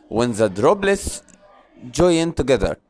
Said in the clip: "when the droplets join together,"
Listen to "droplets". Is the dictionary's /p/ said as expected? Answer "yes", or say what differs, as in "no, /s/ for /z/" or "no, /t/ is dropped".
no, /b/ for /p/